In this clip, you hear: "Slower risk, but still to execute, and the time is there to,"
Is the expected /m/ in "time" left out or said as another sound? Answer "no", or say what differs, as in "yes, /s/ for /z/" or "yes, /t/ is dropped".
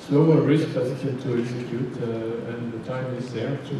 no